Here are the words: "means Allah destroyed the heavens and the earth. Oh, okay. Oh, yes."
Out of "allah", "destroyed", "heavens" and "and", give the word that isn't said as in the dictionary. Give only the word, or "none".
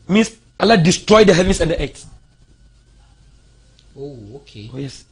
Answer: heavens